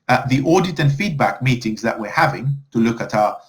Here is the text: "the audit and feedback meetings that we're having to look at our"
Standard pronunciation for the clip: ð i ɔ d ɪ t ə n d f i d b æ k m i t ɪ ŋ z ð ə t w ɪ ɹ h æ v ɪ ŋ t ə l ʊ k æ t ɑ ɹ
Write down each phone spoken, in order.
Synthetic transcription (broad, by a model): ð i ɔ d ɪ t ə n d f i d b æ k m i t ɪ ŋ z ð ə t w ɪ ɹ h æ v ɪ ŋ t ə l ʊ k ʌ t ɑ